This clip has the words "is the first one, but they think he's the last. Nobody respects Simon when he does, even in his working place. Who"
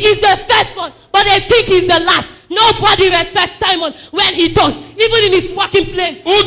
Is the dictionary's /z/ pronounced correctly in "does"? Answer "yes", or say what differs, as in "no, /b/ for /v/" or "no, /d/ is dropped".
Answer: no, /s/ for /z/